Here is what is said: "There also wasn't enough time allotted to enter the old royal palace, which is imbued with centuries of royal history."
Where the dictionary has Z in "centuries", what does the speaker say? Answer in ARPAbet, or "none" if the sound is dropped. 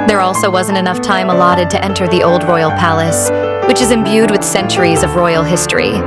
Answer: Z